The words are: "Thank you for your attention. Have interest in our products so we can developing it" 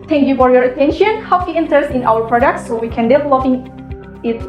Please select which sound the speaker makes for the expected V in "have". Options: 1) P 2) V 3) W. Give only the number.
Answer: 3